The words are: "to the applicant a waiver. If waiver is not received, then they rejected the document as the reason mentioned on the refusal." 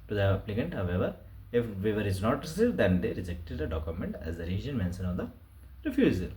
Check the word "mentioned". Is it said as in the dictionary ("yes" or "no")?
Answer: no